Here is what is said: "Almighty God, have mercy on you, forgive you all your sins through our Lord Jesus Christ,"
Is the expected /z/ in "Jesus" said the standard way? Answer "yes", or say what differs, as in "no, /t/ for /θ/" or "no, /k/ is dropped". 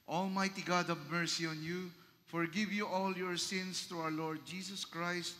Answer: no, /s/ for /z/